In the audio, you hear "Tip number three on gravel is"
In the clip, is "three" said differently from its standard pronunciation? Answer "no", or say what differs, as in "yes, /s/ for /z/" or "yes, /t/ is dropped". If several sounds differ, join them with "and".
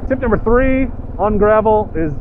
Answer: no